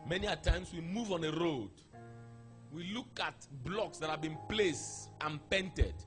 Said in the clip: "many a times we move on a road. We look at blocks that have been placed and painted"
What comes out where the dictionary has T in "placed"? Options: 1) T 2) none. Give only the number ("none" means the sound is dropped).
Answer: 1